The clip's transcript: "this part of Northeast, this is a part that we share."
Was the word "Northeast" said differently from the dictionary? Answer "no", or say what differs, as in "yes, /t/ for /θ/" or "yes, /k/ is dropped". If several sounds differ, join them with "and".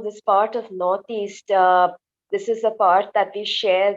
yes, /t/ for /θ/